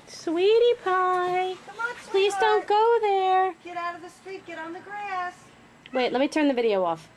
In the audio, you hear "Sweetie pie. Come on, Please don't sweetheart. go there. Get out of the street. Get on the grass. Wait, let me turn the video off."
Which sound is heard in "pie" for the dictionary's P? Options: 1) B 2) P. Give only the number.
2